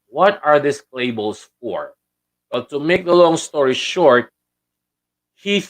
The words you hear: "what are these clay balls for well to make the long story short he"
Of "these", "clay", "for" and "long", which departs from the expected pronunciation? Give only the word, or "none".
these